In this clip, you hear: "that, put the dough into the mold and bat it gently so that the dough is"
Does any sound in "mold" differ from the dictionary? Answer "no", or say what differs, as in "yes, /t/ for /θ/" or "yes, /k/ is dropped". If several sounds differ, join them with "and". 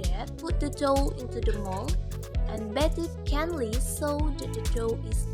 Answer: yes, /d/ is dropped